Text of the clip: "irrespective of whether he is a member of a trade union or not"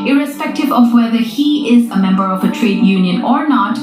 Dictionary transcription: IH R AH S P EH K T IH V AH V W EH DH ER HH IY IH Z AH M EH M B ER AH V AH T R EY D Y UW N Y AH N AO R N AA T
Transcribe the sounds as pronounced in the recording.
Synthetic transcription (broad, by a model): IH R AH S P EH K T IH V AH V W EH DH ER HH IY IH Z AH M EH M B ER AH V AH T R EY D Y UW N Y AH N AO R N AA T